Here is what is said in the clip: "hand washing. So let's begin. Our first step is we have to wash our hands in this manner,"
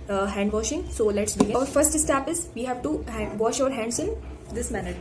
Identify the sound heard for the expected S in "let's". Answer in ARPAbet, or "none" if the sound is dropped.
S